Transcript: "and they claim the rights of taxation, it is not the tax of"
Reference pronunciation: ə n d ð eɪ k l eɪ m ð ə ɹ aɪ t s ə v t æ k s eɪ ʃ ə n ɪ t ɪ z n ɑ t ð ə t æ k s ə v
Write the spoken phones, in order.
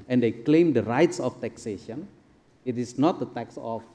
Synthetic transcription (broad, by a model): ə n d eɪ k l eɪ m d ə ɹ aɪ t s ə f t æ k s eɪ ʃ ə n ɪ t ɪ s n ɑ t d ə t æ k s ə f